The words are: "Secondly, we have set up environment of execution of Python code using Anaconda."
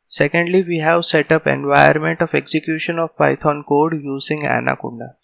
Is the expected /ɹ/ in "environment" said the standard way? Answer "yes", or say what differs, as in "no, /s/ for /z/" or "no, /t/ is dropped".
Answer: no, /ɹ/ is dropped